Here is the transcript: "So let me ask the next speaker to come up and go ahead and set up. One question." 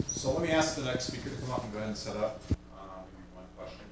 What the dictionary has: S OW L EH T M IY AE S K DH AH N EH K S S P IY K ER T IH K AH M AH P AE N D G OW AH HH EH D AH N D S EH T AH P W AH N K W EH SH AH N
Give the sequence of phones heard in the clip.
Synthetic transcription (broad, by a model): S OW L EH T M IY AE S K DH AH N EH K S S P IY K ER T IH K AH M AH P N G OW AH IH AH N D S EH T AH P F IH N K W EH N